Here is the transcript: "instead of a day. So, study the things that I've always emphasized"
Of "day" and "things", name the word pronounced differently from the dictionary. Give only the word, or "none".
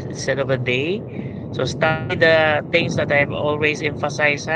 things